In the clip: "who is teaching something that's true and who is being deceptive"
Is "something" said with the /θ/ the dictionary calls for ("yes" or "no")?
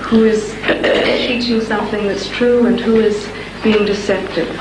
yes